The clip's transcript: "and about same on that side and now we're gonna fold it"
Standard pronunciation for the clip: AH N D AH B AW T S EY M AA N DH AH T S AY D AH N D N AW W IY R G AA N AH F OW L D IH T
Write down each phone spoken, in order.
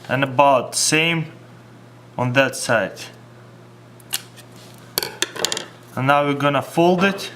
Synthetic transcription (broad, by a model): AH N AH B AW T S EY M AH N DH AH T S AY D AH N N AW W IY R G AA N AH F OW L D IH T